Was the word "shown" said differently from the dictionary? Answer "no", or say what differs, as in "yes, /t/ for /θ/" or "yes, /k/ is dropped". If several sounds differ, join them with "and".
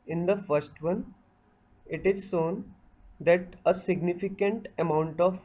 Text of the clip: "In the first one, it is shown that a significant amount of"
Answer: yes, /s/ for /ʃ/